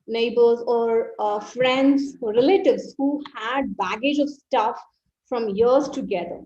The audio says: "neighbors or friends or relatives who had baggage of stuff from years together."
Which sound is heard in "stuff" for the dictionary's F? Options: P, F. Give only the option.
F